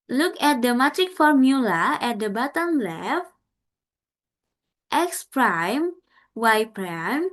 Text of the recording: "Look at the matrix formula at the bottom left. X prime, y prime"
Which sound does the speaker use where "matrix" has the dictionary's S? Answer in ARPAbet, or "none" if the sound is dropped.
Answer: none